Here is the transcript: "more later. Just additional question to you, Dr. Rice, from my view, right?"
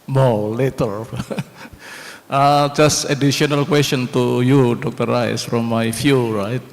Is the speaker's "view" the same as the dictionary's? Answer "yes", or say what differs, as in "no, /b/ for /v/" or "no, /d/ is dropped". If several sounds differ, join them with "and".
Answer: no, /f/ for /v/